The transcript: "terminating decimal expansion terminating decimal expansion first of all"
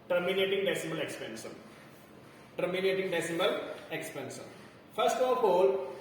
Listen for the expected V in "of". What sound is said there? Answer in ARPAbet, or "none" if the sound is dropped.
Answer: P